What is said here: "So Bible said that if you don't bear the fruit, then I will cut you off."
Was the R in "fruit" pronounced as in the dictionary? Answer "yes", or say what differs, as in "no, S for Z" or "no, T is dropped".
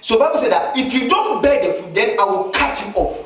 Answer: no, R is dropped